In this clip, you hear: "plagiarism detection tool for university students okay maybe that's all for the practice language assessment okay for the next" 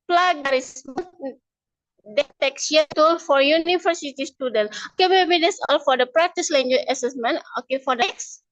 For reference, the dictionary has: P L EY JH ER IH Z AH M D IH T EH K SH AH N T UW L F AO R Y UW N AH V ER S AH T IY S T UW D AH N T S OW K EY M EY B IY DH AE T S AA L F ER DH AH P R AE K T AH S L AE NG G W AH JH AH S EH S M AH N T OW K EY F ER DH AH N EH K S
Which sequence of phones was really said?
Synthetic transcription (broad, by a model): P L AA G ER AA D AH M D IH T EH K S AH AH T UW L F AO R Y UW N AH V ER S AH T IY S T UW D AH N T OW K EY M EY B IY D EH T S AA L F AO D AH P R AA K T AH S L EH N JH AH AH S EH S M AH N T OW K EY F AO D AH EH K S